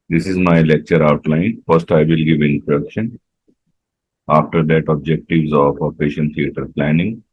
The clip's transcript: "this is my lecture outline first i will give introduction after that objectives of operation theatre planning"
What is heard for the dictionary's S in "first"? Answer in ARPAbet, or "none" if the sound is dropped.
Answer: S